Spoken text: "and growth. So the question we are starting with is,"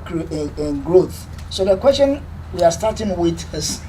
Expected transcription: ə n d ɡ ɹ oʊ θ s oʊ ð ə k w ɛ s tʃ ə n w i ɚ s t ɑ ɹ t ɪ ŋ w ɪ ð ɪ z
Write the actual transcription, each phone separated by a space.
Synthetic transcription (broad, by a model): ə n ɡ ɹ oʊ θ s oʊ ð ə k w ɛ s tʃ ə n w i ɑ s t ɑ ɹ t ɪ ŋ w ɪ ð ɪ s